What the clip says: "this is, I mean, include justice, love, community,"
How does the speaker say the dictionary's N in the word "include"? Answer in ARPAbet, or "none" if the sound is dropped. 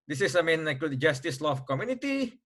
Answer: none